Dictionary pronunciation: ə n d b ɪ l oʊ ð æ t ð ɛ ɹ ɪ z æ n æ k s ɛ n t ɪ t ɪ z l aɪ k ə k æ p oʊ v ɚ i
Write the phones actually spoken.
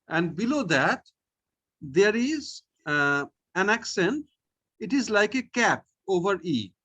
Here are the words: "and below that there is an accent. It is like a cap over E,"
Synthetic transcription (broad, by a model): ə n d b ɪ l oʊ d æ t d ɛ ɹ ɪ z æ n æ k s ɛ n t ɪ t ɪ z l aɪ k ə k æ p oʊ v ɚ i